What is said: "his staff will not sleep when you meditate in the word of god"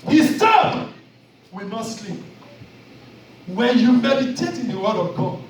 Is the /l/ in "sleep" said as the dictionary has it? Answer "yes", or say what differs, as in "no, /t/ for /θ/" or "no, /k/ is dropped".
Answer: yes